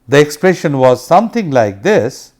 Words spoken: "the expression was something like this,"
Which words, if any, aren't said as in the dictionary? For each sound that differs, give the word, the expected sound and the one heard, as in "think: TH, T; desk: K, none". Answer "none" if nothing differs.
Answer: something: TH, T